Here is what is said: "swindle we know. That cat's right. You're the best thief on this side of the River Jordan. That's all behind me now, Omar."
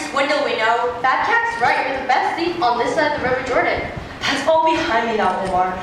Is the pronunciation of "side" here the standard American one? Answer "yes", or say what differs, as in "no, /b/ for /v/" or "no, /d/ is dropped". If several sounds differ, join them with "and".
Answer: no, /d/ is dropped